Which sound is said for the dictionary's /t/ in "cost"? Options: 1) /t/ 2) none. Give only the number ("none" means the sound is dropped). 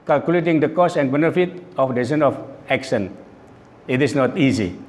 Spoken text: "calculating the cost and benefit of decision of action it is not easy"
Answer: 2